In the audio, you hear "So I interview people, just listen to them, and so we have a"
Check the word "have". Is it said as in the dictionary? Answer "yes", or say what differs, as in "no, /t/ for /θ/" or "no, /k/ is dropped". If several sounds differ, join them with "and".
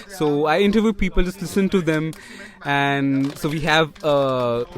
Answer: yes